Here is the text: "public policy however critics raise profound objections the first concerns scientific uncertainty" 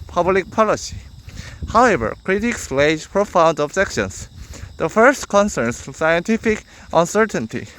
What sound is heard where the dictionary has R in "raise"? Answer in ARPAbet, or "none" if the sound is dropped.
L